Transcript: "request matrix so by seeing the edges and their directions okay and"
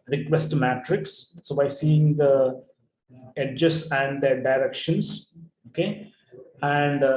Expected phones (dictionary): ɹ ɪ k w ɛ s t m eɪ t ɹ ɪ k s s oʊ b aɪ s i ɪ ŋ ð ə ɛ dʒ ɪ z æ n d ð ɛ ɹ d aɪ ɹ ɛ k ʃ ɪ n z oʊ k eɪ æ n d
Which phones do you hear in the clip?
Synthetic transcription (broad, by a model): ɹ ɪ k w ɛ s t m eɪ t ɹ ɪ k s s oʊ b aɪ s i ɪ ŋ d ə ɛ dʒ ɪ s æ n d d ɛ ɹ d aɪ ɹ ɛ k ʃ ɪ n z oʊ k eɪ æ n d